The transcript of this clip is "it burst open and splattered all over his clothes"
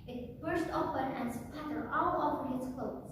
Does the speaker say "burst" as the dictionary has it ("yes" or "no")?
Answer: yes